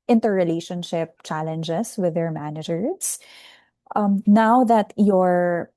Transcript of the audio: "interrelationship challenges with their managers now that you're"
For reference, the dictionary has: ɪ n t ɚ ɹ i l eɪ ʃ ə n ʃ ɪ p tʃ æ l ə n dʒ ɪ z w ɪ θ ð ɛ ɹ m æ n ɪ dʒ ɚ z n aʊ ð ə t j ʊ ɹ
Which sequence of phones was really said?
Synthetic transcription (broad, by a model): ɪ n t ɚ ɹ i l eɪ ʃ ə n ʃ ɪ p tʃ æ l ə n dʒ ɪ s w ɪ ð ɛ ɹ m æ n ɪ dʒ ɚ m n aʊ ð ə t j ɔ ɹ